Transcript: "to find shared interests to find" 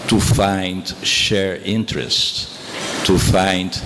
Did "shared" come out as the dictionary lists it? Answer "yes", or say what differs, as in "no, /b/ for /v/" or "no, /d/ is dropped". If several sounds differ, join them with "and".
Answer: no, /d/ is dropped